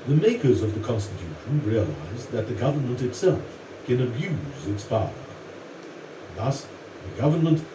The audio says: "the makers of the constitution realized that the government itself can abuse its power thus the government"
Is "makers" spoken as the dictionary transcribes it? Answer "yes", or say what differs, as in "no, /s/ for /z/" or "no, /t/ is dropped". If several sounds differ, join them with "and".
yes